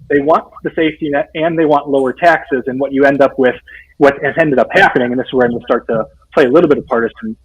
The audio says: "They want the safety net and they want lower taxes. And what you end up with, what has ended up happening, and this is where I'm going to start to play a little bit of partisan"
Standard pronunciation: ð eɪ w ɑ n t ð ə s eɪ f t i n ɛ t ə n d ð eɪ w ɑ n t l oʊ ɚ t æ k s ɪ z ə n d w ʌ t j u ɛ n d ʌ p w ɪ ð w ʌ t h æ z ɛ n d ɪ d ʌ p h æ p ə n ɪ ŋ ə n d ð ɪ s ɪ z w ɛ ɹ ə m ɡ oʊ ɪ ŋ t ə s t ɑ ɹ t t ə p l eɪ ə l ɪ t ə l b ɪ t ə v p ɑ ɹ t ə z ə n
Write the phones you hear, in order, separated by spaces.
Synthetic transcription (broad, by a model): ð eɪ w ɑ n ð ə s eɪ f t i n ɛ t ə n ð eɪ w ɑ n t l oʊ ɚ t æ k s ɪ z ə n w ʌ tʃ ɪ ɛ n d ʌ p w ɪ ð w ʌ t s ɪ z ɛ n d ɪ d ʌ p h æ p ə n ɪ ŋ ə n ð ɪ s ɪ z w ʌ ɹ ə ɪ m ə s t ɑ ɹ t t ə p l eɪ ə l ɪ t l b ɪ t ə v p ɑ ɹ t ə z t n